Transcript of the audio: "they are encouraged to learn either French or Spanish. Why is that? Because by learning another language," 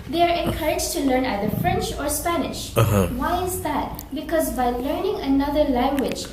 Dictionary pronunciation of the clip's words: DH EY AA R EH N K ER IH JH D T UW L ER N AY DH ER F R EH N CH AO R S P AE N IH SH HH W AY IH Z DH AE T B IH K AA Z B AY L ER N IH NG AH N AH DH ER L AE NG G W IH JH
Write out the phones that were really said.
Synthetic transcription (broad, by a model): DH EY AA R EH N K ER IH JH T UW L ER N AY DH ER F R EH N CH AO R S P AE N IH SH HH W AY IH Z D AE T B IH K AA Z B AY L ER N IH NG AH N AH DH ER L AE NG G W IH JH